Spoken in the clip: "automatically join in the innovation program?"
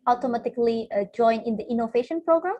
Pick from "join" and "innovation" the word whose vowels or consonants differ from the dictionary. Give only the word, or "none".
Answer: none